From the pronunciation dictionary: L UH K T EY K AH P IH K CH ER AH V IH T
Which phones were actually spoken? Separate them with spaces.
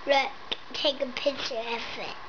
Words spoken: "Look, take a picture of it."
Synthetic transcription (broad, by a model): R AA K T EY K AH P IH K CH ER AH F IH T